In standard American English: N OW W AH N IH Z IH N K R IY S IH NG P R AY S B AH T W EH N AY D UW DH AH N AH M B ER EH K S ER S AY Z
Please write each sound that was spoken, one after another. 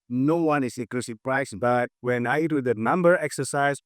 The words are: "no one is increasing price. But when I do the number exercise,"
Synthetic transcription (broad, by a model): N OW W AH N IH S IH K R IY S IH P R AY S B AH T W EH N AY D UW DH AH N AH M B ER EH K S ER S AY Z